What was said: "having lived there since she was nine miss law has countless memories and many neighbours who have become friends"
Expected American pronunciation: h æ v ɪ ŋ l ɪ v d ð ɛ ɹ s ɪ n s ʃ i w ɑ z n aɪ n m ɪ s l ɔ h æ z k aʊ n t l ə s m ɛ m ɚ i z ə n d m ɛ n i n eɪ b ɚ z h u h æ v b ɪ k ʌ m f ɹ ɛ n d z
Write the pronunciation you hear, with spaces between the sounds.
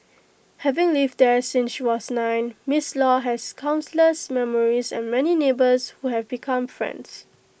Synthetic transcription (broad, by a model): h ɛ v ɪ ŋ l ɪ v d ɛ s ɪ n s ʃ i w ɑ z n aɪ n m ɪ s l ɔ h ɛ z k aʊ n s l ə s m ɛ m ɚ i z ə n m ɛ n i n eɪ b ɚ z h u h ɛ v b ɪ k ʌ m f ɹ ɛ n d s